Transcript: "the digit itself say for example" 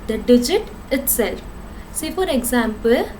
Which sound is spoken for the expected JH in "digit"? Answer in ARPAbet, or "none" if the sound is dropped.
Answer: JH